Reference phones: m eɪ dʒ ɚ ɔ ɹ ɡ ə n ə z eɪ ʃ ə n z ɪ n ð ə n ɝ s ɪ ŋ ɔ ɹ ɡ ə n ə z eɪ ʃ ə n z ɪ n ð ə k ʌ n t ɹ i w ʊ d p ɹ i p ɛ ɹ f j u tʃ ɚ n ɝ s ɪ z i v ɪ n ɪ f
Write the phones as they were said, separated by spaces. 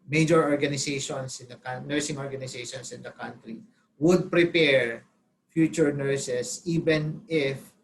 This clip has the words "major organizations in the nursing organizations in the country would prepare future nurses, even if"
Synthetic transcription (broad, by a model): m eɪ dʒ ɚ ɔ ɹ ɡ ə n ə s eɪ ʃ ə n s ɪ n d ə n ɝ s ɪ ŋ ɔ ɹ ɡ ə n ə s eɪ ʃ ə n s ɪ n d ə k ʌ n t ɹ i w ʊ d p ɹ i p ɛ ɹ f j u tʃ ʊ n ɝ s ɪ s i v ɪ n ɪ f